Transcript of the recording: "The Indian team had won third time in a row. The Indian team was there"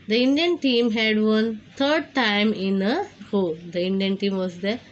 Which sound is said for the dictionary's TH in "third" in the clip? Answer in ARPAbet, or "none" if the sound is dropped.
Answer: T